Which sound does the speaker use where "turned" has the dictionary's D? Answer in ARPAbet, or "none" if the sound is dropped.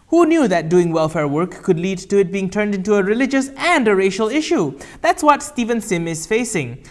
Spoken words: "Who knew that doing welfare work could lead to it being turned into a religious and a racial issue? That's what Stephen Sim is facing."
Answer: D